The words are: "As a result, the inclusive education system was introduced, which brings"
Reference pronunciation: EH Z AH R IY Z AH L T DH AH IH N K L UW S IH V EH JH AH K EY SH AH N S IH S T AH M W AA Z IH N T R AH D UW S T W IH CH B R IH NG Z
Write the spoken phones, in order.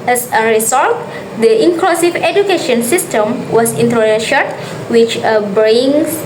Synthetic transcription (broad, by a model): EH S AH R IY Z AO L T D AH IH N K L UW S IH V EH JH AH K EY SH AH N S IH S T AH M W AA S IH N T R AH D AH SH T W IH CH B R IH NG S